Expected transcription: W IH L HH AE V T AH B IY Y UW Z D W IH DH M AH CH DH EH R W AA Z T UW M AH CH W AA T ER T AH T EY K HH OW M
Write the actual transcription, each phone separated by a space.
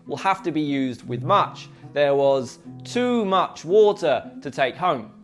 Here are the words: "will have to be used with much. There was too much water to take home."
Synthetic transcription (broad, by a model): W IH L HH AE F T AH B IY Y UW Z D W IH DH M AH CH DH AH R W AA Z T UW M AH CH W AA T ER T AH T EY K HH OW M